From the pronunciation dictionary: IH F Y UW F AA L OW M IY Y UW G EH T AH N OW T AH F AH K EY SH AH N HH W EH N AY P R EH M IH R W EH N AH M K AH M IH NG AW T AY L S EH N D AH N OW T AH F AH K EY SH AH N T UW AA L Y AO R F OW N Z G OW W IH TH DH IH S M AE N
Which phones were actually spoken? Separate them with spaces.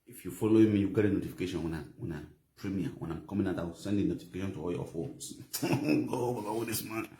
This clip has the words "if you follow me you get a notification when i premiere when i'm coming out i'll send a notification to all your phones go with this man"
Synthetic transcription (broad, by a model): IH F Y UW F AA L OW M IY Y UW G EH T AH N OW T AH F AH K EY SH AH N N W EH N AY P R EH M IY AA W EH N AH M K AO M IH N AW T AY W S EH N D AH N OW T AH F AH K EY SH AH N T UW AA L Y AO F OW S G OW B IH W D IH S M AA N